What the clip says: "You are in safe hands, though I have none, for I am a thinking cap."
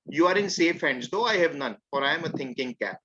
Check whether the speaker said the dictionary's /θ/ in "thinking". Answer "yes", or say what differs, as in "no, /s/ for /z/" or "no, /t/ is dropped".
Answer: no, /t/ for /θ/